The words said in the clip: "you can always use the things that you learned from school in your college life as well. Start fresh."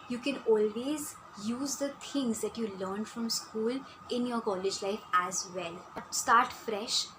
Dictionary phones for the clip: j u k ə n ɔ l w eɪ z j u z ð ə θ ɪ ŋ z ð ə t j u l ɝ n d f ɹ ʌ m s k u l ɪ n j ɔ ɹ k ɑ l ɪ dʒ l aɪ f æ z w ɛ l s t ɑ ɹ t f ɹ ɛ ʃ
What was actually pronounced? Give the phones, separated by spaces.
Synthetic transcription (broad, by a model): j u k ə n ɔ l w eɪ z j u z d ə t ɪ ŋ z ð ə t j u l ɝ n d f ɹ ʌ m s k u l ɪ n j ɔ ɹ k ɑ l ɪ dʒ l aɪ f æ z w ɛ l s t ɑ ɹ t f ɹ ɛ ʃ